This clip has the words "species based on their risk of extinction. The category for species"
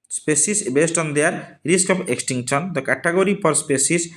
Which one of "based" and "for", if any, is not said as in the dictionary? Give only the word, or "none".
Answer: for